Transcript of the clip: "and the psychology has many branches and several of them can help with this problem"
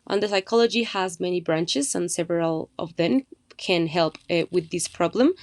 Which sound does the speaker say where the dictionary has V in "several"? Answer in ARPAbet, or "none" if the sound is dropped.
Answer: V